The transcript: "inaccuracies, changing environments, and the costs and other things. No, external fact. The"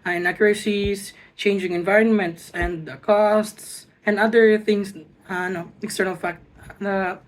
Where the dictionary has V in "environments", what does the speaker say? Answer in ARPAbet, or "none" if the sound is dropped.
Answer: V